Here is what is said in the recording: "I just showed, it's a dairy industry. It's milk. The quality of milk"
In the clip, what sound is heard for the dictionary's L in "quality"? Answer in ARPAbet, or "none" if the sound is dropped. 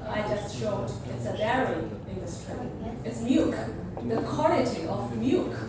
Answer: N